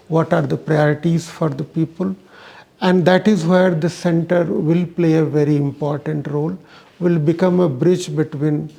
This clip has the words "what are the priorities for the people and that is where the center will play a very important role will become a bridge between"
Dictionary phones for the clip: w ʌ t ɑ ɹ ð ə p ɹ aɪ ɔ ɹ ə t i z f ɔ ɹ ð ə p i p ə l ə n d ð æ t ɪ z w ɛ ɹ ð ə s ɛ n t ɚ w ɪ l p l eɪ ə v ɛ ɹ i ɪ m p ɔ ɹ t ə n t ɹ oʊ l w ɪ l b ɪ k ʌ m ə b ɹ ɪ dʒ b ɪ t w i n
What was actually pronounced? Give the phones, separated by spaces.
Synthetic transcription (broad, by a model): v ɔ t ɑ ɹ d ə p ɹ aɪ ɔ ɹ ə t i z f ɔ ɹ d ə p i p ə l ə n d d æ t ɪ z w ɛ ɹ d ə s ɛ n t ɚ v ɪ l p l eɪ ə v ɛ ɹ i ɪ m p ɔ ɹ t ə n t ɹ oʊ l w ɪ l b ɪ k ʌ m ə b ɹ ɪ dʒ b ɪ t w i n